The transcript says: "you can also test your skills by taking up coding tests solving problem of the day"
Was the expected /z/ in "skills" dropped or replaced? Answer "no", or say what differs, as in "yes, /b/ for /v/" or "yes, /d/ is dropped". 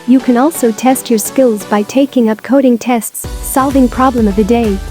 no